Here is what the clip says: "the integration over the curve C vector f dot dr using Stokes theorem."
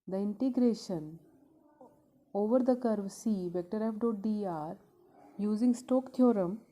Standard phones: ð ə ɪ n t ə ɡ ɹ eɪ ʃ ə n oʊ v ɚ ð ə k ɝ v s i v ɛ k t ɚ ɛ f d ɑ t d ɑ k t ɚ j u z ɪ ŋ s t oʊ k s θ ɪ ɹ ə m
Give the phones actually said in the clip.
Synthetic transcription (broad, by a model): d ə ɪ n t ə ɡ ɹ eɪ ʃ ə n oʊ v ɚ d ə k ɝ v s i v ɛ k t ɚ ɛ f d ɑ t d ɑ t j u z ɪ ŋ s t oʊ k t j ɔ ɹ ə m